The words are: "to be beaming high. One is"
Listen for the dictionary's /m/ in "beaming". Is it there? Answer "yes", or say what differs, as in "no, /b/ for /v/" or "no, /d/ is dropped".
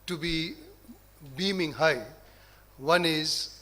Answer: yes